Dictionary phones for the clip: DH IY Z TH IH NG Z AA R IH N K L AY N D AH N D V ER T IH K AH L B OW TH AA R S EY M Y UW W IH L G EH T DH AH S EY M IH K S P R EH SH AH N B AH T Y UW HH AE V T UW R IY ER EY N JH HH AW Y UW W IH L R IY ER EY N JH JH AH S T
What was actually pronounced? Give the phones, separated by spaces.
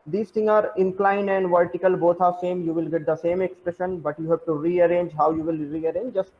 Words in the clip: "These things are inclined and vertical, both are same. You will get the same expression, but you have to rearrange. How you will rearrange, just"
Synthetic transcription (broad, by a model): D IY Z T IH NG AA R IH N K L AY N D AH N D V ER T IH K AH L B OW T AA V S EY M Y UW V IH L G EH T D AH S EY M IH K S P R EH SH AH N B AH T Y UW HH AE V T UW R IY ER EY N JH HH AW Y UW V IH L R IY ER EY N JH JH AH S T